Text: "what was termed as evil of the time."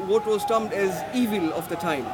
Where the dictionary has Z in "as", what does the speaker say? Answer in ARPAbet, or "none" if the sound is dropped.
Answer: Z